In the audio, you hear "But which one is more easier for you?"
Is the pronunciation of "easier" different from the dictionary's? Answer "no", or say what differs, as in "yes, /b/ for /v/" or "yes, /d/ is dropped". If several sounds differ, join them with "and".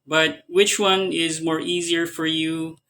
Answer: no